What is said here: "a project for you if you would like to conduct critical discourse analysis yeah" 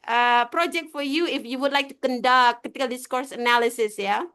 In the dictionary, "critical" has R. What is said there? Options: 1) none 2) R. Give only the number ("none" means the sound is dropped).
1